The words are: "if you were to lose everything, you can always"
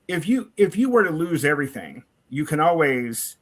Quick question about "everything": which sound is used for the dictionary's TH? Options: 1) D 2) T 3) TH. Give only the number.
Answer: 3